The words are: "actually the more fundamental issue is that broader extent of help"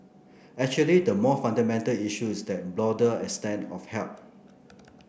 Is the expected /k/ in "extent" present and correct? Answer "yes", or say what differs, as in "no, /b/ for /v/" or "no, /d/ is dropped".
no, /k/ is dropped